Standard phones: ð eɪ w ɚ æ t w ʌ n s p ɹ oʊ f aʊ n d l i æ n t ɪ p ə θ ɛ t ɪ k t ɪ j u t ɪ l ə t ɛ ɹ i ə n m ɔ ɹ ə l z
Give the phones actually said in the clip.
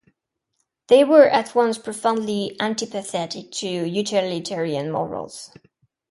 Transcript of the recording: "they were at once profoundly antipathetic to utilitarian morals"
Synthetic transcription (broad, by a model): ð eɪ w ɚ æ t w ʌ n s p ɹ oʊ f aʊ n d l i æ n t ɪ p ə θ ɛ t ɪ k t ɪ j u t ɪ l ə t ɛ ɹ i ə n m ɔ ɹ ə l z